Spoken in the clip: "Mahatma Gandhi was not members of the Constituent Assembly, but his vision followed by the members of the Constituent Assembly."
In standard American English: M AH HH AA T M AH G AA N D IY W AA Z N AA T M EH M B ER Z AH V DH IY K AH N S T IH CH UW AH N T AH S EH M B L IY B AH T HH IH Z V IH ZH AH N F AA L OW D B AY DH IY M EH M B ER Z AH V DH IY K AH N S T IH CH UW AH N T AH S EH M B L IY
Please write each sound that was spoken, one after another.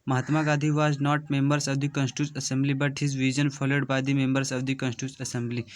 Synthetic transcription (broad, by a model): M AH HH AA T M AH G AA D IY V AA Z N AA T M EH M B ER S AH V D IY K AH N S T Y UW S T AH S EH M B L IY B AH T HH IH Z V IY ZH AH N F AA L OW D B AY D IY M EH M B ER S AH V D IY K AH N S T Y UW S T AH S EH M B L IY